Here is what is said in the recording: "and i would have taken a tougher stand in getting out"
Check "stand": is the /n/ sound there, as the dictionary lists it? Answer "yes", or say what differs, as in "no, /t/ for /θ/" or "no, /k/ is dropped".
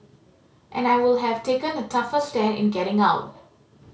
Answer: no, /n/ is dropped